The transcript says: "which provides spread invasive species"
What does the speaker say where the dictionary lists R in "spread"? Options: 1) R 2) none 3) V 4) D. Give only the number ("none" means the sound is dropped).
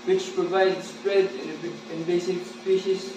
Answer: 1